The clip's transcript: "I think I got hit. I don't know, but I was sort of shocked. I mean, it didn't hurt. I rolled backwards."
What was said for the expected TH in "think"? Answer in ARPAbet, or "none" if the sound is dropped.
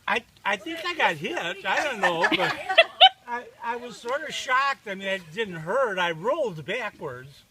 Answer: TH